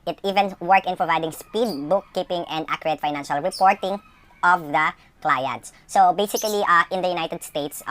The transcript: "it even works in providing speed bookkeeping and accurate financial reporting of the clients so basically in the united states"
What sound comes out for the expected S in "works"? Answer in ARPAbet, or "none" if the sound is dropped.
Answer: none